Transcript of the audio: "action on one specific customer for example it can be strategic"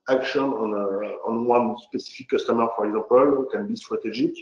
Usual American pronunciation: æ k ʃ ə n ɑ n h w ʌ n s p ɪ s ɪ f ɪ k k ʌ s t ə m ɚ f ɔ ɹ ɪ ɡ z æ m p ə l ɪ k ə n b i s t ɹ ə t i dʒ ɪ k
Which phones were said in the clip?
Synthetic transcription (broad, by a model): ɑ k ʃ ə n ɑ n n w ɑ n s p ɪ s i f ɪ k k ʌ s t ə m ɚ f ɔ ɹ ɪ ɡ z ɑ p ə l ɪ k ə n b i s t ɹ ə t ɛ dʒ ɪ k